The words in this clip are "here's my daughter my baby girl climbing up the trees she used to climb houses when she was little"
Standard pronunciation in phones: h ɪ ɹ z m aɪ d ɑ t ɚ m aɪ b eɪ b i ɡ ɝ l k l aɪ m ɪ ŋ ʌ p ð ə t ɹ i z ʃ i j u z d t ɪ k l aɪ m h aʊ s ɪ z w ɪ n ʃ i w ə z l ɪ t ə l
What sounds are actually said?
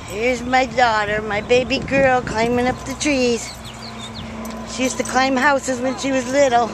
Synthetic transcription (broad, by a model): h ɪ ɹ z m aɪ d ɑ t ɚ m aɪ b eɪ b i ɡ ɝ l k l aɪ m ɪ ŋ ʌ p ð ə t ɹ i z ʃ i j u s t ɪ k l aɪ m h aʊ s ɪ z w ɪ n ʃ i w ə z l ɪ t l